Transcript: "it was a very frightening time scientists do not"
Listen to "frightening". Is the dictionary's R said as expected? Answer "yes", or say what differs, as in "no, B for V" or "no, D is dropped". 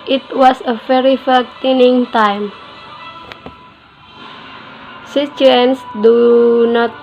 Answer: no, R is dropped